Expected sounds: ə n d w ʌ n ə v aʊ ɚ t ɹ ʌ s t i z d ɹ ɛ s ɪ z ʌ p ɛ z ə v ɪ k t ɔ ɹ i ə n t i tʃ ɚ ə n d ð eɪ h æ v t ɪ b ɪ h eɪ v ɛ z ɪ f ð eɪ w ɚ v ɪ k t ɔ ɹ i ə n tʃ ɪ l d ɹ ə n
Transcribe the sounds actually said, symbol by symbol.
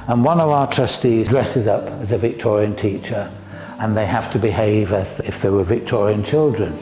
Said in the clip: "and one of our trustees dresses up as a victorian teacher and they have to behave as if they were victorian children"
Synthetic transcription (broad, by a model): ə n w ʌ n ə v aʊ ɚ t ɹ ʌ s t i z d ɹ ɛ s ɪ z ʌ p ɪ z ə v ɪ k t ɔ ɹ i ə n t i tʃ ɚ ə n ð eɪ h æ f t ɪ b ɪ h eɪ v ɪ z ɪ f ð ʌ w ɚ v ɪ k t ɔ ɹ i ə n tʃ ɪ l d ɹ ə n